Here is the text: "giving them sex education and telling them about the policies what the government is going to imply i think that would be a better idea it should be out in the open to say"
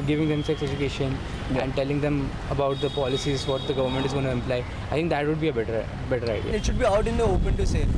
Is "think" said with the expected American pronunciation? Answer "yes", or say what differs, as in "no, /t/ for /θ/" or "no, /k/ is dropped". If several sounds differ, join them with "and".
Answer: no, /t/ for /θ/